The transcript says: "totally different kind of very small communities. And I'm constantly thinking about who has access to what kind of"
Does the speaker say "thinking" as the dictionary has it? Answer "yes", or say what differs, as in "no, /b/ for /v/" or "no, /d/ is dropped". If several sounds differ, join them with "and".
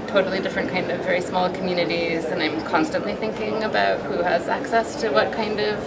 yes